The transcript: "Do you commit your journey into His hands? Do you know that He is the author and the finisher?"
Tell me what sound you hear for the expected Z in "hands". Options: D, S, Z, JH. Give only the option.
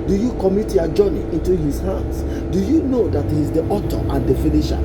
S